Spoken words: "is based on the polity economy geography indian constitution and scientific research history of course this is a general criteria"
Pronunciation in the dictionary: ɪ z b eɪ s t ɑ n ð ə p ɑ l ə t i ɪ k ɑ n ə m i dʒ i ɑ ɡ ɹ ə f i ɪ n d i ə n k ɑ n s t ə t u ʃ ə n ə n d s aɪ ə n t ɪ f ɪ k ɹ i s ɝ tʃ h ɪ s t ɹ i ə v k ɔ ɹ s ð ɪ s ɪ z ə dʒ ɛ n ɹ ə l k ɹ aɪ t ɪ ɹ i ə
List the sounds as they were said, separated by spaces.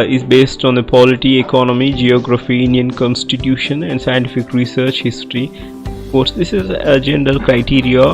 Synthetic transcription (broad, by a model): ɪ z b eɪ s t ɑ n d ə p ɑ l ə t i ɪ k ɑ n ə m i dʒ i ɑ ɡ ɹ ə f i ɪ n d i ə n k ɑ n s t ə t u ʃ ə n ə n d s aɪ ə n t ɪ f ɪ k ɹ i s ɝ tʃ h ɪ s t ɹ i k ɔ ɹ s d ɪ s ɪ z ə dʒ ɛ n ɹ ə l k ɹ aɪ t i ɹ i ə